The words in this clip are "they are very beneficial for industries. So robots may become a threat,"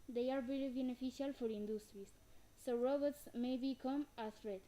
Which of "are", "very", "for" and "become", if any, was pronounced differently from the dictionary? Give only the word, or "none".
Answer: very